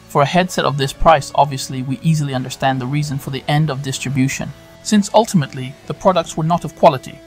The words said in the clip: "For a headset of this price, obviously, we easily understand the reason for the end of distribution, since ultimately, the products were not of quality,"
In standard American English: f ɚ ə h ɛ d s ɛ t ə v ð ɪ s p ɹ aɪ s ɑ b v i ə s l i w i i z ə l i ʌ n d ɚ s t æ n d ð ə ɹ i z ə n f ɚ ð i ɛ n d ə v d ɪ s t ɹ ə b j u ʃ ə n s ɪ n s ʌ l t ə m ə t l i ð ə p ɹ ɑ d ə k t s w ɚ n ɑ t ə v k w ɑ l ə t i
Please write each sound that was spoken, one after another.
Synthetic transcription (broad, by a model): f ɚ ə h ɛ d s ɛ t ə v ð ɪ s p ɹ aɪ s ɑ b v i ə s l i w i i z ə l i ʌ n d ɚ s t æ n ð ə ɹ i z ə n f ɚ ð i ɛ n d ə v d ɪ s t ɹ ə b j u ʃ ə n s ɪ n s ʌ l t ə m ə t l i ð ə p ɹ ɑ d ə k t s w ɚ n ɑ t ə v k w ɑ l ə t i